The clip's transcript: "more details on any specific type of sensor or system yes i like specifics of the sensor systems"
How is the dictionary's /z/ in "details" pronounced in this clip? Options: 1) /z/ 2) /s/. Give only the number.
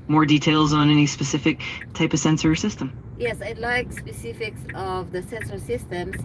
1